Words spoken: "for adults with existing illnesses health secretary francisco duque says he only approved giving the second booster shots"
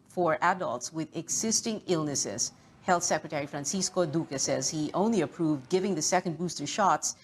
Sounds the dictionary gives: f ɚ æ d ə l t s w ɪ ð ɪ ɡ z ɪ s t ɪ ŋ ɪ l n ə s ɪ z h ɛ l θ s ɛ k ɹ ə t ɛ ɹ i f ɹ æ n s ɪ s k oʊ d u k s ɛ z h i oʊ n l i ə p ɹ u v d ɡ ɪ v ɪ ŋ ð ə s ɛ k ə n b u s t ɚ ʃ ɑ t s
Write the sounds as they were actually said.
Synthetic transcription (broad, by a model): f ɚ æ d ə l t s w ɪ ð ɪ ɡ z ɪ s t ɪ ŋ ɪ l n ə s ɪ z h ɛ l θ s ɛ k ɹ ə t ɛ ɹ i f ɹ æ n s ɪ s k oʊ d u k s ɛ z h i oʊ n l i ə p ɹ u v d ɡ ɪ v ɪ ŋ ð ə s ɛ k ə n b u s t ɚ ʃ ɑ t s